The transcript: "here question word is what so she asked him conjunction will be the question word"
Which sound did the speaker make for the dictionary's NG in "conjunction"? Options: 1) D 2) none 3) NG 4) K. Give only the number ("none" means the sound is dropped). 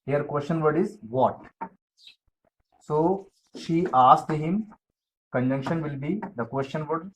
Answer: 3